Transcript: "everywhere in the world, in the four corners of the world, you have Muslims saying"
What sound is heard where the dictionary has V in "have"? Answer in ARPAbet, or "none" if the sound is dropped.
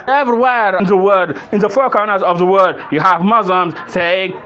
V